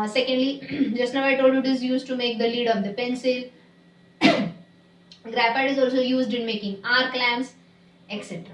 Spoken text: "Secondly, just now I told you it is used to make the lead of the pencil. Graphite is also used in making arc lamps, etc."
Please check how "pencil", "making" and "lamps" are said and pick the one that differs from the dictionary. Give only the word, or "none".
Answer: lamps